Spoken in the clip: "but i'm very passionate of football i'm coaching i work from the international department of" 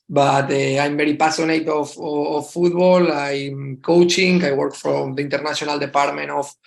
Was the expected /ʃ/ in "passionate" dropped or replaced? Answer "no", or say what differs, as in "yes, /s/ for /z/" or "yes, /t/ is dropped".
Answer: yes, /s/ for /ʃ/